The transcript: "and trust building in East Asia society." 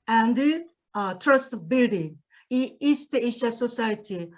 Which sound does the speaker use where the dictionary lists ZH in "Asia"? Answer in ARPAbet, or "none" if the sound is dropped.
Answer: SH